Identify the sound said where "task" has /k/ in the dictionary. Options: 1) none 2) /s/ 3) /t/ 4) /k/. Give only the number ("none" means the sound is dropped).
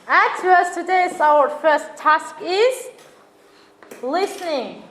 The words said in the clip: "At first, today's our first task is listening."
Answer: 4